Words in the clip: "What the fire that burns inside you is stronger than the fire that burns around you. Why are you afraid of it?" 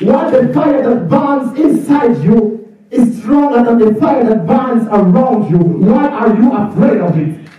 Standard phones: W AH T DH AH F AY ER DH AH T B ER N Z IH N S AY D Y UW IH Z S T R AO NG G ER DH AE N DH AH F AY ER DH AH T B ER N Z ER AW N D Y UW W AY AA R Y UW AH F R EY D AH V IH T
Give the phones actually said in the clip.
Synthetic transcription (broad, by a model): W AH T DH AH F AY ER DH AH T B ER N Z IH N S AY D Y UW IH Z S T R AO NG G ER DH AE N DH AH F AY ER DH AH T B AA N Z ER AW N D Y UW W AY AA R Y UW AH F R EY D AH V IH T